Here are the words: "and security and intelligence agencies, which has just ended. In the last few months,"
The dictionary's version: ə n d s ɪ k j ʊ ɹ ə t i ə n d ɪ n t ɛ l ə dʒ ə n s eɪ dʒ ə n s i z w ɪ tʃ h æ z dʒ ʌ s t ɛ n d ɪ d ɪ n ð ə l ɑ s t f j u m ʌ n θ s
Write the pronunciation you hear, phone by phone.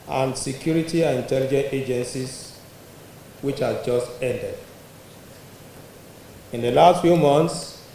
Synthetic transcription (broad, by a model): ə n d s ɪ k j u ɹ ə t i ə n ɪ n t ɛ l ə dʒ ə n eɪ dʒ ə n s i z w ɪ tʃ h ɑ dʒ ʌ s t ɛ n d ɪ d ɪ n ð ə l ɑ s t f j u m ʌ n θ s